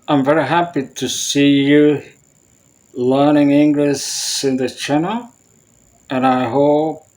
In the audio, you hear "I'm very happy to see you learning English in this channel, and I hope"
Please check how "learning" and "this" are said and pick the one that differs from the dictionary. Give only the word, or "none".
this